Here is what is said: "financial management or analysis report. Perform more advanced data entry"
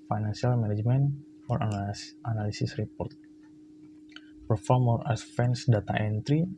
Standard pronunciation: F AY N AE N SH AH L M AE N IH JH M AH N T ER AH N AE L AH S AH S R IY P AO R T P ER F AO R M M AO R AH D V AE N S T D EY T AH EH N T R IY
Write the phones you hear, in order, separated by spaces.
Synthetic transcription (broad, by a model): F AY N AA N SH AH L M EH N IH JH M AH N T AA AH N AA L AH S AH S R IY P AO R T P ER F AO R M M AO L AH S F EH N S D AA T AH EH N T R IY